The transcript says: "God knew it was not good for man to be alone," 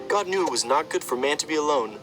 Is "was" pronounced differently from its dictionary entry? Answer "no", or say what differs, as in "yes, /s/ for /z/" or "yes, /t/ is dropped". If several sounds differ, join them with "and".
no